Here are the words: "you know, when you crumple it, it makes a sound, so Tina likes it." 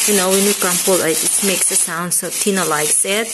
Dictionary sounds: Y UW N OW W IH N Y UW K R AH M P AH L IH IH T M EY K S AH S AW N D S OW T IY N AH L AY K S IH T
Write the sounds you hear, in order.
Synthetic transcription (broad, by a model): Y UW N OW W IH N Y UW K AH M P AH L IH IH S M EY K S AH S AW N D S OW T IY N AH L AY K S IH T